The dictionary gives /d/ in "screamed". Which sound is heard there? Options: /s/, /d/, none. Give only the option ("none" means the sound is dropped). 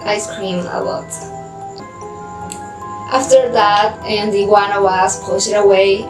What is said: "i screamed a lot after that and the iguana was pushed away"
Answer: none